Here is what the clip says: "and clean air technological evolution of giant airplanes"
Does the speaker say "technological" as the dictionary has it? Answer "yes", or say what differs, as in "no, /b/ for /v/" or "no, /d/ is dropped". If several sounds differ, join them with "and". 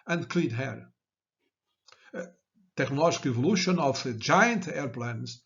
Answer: no, /ʒ/ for /dʒ/